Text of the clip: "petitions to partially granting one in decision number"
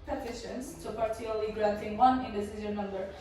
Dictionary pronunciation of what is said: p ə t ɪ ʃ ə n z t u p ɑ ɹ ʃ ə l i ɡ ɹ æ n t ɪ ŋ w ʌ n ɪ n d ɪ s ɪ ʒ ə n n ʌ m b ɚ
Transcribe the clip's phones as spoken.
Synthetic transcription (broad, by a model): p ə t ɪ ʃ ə n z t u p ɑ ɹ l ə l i ɡ ɹ æ n t ɪ ŋ w ʌ n ɪ n d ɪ s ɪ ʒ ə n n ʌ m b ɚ